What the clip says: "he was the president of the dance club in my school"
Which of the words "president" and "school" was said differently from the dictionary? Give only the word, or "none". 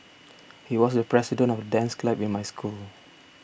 president